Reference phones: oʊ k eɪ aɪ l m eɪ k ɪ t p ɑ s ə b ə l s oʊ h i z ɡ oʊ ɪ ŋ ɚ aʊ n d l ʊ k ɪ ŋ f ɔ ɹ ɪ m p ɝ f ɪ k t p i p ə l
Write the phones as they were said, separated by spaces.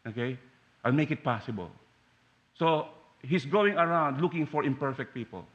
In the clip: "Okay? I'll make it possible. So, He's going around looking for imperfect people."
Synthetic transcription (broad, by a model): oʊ k eɪ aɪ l m eɪ k ɪ t p ɑ s ə b ə l s oʊ h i s ɡ oʊ ɪ ŋ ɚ aʊ n d l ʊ k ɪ ŋ f ɔ ɹ ɪ m p ɝ f ɪ k t p i p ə l